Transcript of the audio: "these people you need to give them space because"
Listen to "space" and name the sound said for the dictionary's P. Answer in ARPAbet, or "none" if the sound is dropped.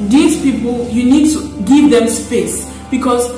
P